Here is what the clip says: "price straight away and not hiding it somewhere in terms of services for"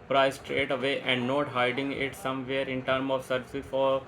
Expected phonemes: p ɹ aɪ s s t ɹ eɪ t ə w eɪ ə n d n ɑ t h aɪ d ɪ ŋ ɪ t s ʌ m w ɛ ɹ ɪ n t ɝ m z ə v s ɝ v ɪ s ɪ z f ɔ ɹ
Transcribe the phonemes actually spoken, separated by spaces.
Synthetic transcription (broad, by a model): p ɹ aɪ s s t ɹ eɪ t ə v eɪ ə n d n ɑ t h aɪ d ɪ ŋ ɪ t s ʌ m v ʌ ɹ ɪ n t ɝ m ə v s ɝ v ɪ s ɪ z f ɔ ɹ